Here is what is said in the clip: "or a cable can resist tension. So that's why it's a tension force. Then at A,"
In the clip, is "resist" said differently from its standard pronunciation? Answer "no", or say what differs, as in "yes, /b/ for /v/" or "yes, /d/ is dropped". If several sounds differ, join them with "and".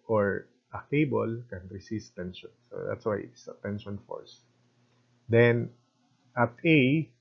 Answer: yes, /s/ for /z/